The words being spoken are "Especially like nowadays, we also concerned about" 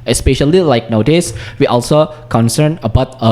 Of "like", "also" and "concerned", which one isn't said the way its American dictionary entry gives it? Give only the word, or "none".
concerned